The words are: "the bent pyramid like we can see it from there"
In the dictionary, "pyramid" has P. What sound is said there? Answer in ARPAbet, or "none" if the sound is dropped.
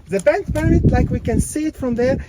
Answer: B